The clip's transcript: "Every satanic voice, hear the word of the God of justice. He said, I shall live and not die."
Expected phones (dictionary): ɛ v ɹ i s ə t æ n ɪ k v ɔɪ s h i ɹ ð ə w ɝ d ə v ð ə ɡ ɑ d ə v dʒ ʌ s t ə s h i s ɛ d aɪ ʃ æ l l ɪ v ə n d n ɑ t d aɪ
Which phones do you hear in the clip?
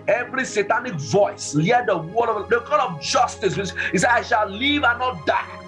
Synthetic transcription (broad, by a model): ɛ v ɹ i s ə t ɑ n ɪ k v ɔɪ s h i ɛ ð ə w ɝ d ə v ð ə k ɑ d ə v dʒ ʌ s t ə s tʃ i s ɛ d aɪ ʃ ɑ l l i v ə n n ɑ t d aɪ